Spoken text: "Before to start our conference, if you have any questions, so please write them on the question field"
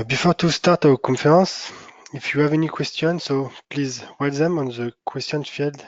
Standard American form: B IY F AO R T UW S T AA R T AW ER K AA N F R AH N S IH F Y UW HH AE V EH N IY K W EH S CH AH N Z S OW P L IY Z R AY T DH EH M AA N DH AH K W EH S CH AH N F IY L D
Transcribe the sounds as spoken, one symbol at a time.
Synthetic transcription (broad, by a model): B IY F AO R T UW S T AA R T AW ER K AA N F R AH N S IH F Y UW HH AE V EH N IY K W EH S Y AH N S OW P L IY Z W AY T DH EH M AA N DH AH K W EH S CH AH N F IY L D